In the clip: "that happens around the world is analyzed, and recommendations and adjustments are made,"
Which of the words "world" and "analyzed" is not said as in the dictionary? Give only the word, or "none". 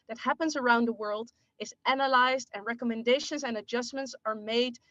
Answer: none